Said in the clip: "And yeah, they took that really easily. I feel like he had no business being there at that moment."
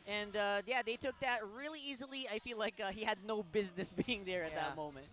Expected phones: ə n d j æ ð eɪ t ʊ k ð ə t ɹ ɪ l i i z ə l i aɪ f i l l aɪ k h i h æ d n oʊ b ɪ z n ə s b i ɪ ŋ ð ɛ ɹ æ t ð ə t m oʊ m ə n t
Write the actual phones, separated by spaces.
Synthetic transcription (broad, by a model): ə n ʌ j æ ð eɪ t ʊ k ð ə t ɹ ɪ l i i z ə l i aɪ f i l l aɪ k h i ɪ d n oʊ b ɪ z n ə s b i ɪ ŋ ð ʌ ɹ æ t ð ə t m oʊ m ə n t